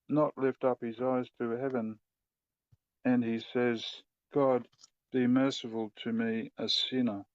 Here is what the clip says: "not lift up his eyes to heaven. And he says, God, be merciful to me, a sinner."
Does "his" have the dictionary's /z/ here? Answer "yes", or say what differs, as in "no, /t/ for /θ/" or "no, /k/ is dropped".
yes